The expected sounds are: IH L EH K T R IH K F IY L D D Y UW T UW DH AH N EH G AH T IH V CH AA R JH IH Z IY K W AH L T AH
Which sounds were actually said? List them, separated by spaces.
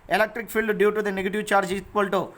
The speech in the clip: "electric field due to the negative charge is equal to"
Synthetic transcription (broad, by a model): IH L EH K T R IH K P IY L D D Y UW T UW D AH N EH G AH T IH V CH AA R JH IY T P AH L T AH